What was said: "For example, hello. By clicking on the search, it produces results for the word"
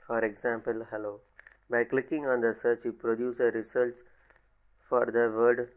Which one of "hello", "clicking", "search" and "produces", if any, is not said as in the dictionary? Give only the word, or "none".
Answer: produces